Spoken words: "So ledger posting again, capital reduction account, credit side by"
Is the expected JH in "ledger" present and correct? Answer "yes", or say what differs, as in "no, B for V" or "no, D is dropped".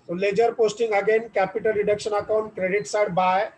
yes